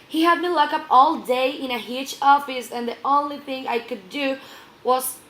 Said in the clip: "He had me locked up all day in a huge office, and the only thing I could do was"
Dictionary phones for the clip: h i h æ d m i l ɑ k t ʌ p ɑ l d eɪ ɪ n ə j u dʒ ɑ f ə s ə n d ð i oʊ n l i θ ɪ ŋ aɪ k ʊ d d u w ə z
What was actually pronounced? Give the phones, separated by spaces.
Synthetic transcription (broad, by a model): h i h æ d m i l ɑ k ʌ p ɑ l d eɪ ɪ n ə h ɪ tʃ ɑ f ə s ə n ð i oʊ n l i θ ɪ ŋ aɪ k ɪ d d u w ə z